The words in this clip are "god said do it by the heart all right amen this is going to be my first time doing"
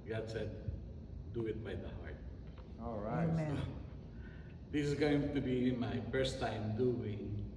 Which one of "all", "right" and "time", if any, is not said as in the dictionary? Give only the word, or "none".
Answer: right